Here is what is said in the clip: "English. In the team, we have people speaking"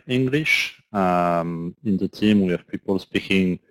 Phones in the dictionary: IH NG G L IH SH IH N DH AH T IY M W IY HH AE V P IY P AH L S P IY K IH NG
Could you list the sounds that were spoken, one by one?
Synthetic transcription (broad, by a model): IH NG G L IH SH IH N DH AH T IY M W IY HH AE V P IY P AH L S P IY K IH NG